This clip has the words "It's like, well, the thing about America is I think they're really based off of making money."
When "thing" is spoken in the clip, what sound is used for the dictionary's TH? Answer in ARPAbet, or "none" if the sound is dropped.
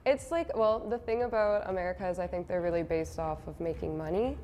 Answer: TH